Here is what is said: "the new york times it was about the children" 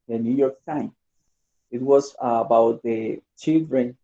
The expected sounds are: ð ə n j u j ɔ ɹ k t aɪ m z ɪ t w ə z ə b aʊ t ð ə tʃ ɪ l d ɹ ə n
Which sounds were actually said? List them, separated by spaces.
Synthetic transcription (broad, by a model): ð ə n j u j ɔ ɹ k t aɪ m ɪ t w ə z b aʊ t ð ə tʃ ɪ l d ɹ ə n